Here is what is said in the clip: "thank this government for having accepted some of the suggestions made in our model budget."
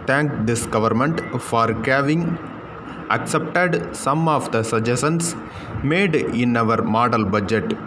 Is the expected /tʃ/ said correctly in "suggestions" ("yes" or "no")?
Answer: no